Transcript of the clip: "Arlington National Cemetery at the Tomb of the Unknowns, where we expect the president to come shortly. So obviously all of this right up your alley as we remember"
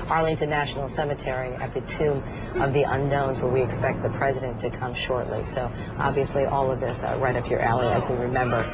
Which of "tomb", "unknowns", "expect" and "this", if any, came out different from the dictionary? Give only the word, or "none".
none